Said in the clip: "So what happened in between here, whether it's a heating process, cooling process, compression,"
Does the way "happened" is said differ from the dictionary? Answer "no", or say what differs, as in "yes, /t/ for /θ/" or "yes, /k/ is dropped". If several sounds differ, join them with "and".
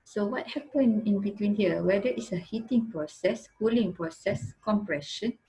yes, /d/ is dropped